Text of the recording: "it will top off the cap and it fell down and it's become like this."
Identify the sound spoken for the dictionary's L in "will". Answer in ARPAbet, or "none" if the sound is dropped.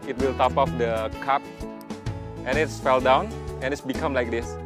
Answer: L